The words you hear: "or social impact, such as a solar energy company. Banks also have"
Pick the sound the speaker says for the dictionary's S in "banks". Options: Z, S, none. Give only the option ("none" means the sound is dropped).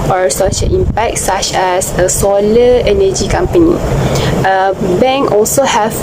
none